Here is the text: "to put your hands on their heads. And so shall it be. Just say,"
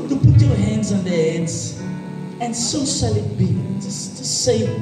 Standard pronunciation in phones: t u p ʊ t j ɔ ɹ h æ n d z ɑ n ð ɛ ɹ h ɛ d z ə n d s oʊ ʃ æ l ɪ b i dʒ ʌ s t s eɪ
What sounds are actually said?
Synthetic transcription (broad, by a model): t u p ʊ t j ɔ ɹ h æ n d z ɑ n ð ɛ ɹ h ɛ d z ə n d s oʊ s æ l ɪ b i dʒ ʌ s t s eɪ